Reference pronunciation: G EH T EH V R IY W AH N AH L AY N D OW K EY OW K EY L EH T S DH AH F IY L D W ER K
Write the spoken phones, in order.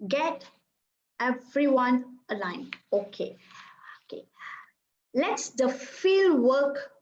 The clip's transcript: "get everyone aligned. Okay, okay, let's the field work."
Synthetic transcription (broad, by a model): G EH T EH V R IY W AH N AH L AY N OW K EY OW K EY L EH T S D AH F IY L D W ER K